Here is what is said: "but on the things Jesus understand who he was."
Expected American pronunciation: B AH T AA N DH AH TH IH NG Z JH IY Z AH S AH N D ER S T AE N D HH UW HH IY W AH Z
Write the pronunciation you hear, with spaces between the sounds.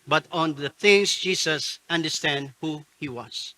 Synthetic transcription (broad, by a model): B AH T AA N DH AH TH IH NG S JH IY S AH S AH N D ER S T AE N D HH UW HH IY W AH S